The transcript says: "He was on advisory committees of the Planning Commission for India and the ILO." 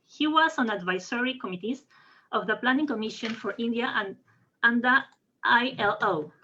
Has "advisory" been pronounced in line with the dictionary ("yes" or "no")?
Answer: no